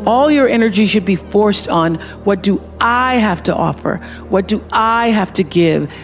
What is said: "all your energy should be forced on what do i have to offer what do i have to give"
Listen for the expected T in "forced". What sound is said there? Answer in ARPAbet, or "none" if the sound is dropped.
T